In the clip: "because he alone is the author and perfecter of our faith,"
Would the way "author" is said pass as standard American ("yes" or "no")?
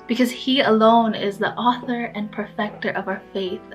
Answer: yes